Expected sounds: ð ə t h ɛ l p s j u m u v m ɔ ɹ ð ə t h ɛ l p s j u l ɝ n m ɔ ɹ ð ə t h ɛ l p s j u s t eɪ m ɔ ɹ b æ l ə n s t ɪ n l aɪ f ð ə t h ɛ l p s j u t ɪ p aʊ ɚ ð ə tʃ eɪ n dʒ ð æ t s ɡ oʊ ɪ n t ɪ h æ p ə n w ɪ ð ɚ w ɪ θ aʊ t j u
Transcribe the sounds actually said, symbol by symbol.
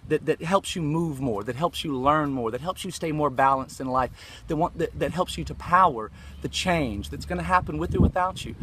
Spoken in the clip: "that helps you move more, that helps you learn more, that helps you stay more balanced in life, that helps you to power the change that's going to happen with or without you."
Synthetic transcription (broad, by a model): ð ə t h ɛ l p s j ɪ m u v m ɔ ɹ ð ə t h ɛ l p s j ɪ l ɝ n m ɔ ɹ ð ə t h ɛ l p s j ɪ s t eɪ m ɔ ɹ b æ l ə n s t ɪ n l aɪ f ð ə t h ɛ l p s j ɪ t ɪ p aʊ ɚ ð ə tʃ eɪ n dʒ ð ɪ t s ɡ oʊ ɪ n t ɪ h æ p ə n w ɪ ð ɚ w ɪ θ aʊ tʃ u